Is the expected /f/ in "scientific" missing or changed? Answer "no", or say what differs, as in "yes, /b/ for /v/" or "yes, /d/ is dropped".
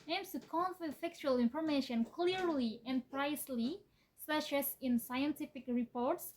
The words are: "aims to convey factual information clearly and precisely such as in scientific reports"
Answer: no